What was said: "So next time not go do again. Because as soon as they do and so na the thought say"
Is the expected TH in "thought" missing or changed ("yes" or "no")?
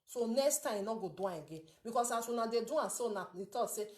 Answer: yes